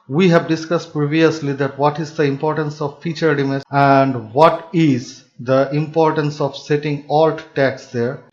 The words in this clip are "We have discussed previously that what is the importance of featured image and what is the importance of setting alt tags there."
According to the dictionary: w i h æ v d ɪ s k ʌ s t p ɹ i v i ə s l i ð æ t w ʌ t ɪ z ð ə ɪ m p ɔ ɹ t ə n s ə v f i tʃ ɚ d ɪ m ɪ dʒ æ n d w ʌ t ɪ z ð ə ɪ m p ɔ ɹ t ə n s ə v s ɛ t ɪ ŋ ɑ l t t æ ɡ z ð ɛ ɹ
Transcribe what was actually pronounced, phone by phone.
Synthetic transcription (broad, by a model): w i h æ v d ɪ s k ʌ s t p ɹ i v i ə s l i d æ t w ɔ t ɪ z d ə ɪ m p ɔ ɹ t ə n s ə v f i tʃ ɚ d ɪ m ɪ æ n d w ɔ t ɪ z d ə ɪ m p ɔ ɹ t ə n s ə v s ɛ t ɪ ŋ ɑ l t t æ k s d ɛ ɹ